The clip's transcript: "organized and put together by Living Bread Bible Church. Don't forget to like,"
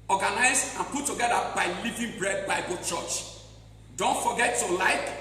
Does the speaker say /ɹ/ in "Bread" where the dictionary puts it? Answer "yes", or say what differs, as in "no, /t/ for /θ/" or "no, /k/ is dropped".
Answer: yes